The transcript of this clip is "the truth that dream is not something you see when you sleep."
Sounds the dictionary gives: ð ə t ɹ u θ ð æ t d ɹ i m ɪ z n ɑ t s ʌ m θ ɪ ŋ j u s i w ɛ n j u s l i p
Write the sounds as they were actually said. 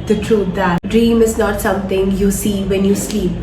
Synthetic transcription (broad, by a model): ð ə t ɹ u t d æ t d ɹ i m ɪ z n ɑ t s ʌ m t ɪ ŋ j u s i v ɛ n j u s l i p